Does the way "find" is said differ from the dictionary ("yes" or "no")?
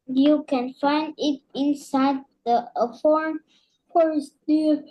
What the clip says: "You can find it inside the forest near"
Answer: no